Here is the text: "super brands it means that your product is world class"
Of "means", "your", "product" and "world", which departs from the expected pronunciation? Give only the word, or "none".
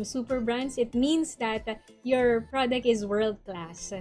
means